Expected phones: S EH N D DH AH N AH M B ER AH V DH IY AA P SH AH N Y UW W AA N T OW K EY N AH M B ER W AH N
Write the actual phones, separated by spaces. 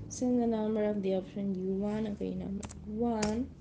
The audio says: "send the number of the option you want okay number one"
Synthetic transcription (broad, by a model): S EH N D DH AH N AH M B ER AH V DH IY AA P SH AH N Y UW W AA N OW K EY N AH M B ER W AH N